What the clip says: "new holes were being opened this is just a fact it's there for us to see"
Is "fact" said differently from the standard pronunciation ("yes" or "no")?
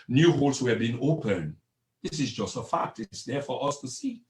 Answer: no